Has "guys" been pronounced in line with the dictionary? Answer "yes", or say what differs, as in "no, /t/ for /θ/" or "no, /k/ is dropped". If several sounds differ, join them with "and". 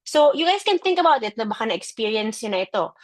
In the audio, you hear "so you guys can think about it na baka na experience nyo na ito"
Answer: no, /s/ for /z/